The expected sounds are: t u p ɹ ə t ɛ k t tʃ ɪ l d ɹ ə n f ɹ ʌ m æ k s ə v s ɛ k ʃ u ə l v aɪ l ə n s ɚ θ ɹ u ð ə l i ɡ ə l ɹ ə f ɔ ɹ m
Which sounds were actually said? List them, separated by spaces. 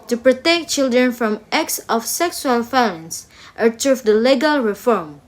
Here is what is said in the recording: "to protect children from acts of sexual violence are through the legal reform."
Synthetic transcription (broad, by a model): t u p ɹ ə t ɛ k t tʃ ɪ l d ɹ ə n f ɹ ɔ m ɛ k s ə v s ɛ k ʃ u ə l f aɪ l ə n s ɚ t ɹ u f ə l i ɡ ə l ɹ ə f ɔ ɹ m